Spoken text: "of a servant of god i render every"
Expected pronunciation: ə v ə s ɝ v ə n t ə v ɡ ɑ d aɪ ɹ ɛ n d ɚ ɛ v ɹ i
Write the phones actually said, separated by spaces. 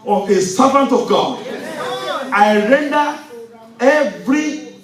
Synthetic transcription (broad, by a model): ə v ə s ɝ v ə n t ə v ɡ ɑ aɪ ɹ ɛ n d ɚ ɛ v ɹ i